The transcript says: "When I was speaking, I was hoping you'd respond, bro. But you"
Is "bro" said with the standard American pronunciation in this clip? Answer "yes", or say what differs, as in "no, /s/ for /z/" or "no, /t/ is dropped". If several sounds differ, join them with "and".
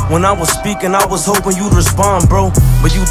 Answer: yes